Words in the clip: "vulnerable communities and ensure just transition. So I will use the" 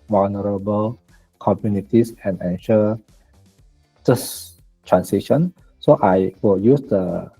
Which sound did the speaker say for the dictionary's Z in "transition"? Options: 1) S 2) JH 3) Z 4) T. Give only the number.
1